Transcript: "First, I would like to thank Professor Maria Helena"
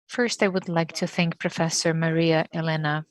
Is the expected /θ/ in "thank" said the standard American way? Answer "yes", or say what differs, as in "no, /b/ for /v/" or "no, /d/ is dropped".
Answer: yes